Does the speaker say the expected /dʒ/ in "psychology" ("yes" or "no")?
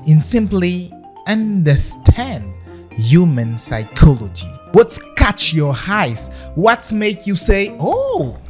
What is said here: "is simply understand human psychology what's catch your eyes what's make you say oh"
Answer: yes